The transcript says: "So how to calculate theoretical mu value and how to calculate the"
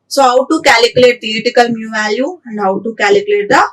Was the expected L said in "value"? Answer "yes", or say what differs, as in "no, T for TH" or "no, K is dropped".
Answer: no, L is dropped